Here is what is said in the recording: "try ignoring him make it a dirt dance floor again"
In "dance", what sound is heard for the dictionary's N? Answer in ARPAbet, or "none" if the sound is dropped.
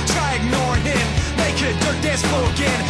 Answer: none